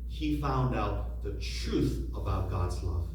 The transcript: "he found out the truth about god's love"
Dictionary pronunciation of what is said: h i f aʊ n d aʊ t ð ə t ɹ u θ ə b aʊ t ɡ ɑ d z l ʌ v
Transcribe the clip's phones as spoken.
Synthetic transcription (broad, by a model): h i f aʊ n d aʊ t ð ə t ɹ u θ ə b aʊ t ɡ ɑ d z l ʌ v